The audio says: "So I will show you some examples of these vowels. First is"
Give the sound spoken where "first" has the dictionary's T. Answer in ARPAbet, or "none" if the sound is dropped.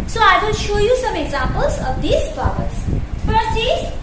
none